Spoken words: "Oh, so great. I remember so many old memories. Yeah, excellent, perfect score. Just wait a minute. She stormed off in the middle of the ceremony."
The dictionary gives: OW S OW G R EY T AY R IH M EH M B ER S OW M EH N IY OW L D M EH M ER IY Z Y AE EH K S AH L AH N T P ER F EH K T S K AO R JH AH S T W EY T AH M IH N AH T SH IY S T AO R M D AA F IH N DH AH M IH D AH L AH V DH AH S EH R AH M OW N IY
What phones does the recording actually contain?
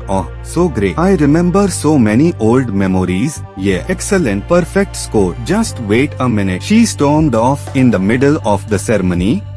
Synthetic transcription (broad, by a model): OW S OW G R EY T AY R IH M EH M B ER S OW M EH N IY OW L D M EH M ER IY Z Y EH EH K S AH L AH N T P ER F EH K T S K AO R JH AH S T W EY T AH M IH N AH T SH IY S T AO R M D AA F IH N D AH M IH D AH L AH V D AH S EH R M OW N IY